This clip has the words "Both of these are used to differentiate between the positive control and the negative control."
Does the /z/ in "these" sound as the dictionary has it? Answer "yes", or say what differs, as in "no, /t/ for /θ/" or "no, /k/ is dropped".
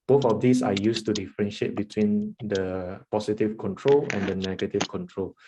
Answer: no, /s/ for /z/